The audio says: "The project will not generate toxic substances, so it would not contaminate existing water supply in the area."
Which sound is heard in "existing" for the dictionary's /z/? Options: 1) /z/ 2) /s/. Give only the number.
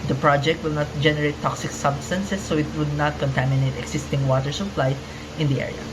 2